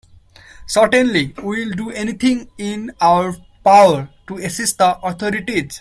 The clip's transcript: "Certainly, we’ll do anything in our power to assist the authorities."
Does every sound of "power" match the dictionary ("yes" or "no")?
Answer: yes